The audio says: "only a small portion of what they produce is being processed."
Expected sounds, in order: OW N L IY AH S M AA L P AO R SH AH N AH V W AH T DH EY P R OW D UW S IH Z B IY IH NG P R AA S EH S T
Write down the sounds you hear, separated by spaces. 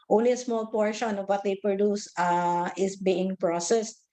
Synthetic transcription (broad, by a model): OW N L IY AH S M AA L P AO R SH AH N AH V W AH T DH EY P R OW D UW S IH S B IY IH NG P R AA S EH S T